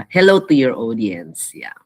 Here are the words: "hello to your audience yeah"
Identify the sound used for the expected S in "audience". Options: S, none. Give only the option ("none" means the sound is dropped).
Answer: S